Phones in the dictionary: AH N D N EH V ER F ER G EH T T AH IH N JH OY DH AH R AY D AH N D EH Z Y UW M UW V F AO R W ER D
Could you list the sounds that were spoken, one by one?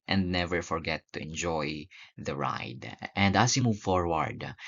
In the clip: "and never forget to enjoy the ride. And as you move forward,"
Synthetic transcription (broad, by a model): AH N D N EH V ER F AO G EH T T AH IH N JH OY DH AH R AY D AH N D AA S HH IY M UW V F AO R W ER D